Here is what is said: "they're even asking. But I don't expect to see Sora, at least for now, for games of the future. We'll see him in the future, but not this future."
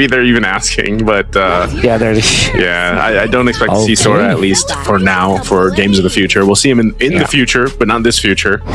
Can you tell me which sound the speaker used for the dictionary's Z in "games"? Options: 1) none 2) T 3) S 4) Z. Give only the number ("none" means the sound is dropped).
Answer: 4